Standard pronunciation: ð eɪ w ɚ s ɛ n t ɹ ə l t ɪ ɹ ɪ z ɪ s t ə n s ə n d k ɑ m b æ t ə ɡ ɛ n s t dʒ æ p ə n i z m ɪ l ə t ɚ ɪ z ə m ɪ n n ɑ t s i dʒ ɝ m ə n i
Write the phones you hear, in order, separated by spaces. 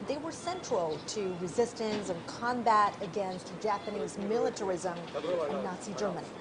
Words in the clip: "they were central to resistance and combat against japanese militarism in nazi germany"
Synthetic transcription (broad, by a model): ð eɪ w ɚ s ɛ n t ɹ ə l t ɪ ɹ ɪ z ɪ s t ə n s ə n k ɑ m b æ t ə ɡ ɛ n s t dʒ æ p ə n i z m ɪ l ə t ɚ ɪ z ə m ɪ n n ɑ t s i dʒ ɝ m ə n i